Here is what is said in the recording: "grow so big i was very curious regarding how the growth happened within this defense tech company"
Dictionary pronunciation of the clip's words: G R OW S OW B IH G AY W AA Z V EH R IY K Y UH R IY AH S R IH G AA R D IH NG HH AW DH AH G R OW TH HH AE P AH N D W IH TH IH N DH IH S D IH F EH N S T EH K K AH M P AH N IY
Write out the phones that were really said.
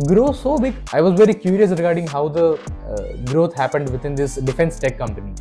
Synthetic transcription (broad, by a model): G R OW S OW B IH G AY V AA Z V EH R IY K Y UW R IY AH S R IH G AA R D IH NG HH AW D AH G R OW T HH AE P AH N D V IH T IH N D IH S D IH F EH N S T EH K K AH M P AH N IY